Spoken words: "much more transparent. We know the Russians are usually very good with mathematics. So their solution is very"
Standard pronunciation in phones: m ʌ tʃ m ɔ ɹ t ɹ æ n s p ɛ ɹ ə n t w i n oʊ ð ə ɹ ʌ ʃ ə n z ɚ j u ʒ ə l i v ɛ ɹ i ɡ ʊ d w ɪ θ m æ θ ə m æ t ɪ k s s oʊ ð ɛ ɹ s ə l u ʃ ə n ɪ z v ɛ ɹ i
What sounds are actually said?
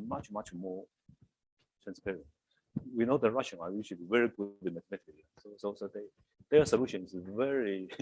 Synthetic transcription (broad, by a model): m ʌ tʃ m ɔ ɹ t ɹ æ n s p ɛ ɹ ə n t w i n oʊ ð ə ɹ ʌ ʃ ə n ɚ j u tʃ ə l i v ɛ ɹ i ɡ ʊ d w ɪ m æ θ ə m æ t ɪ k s s oʊ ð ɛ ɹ s ə l u ʃ ə n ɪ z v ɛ ɹ i